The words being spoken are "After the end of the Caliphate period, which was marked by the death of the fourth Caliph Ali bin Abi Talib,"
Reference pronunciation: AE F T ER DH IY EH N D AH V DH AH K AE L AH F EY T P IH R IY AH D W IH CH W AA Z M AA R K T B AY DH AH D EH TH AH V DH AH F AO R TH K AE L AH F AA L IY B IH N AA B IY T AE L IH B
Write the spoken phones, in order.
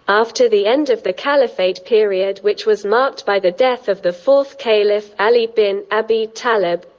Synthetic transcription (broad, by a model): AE F T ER DH IY EH N D AH V DH AH K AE L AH F EY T P IH R IY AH D W IH CH W AA Z M AA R K T B AY DH AH D EH TH AH V DH AH F AO TH K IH L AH F AA L IY B IH N AA B IY T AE L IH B